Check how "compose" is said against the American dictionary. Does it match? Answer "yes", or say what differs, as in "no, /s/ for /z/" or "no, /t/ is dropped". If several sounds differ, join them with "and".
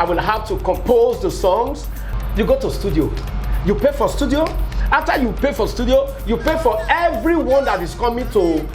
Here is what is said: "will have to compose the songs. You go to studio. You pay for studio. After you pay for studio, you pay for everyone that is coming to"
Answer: yes